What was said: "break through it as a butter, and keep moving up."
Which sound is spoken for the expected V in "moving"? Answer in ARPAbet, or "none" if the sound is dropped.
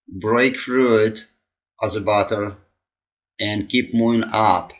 none